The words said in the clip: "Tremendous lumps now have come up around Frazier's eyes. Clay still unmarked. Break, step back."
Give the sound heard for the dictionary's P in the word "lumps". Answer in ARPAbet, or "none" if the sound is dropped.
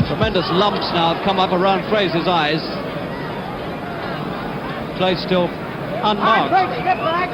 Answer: P